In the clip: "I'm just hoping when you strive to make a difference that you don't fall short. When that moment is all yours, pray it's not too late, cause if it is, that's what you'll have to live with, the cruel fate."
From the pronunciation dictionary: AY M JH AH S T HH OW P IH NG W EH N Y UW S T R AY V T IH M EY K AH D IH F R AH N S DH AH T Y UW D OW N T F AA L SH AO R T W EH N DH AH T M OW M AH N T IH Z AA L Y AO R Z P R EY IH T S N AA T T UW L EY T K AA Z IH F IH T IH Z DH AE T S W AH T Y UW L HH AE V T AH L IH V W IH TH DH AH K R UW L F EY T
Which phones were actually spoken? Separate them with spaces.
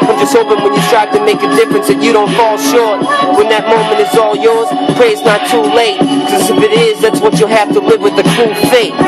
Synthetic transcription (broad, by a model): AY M JH AH S T HH OW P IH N W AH N Y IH T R AY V T IH M EY K AH D IH F R AH N S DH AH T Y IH D OW N T F AA L SH AO R T W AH N DH AH T M OW M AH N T IH Z AA L Y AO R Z P R EY IH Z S N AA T T UW L EY T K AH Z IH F IH T IH Z DH AE T S W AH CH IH HH AE F T AH L IH V W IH DH AH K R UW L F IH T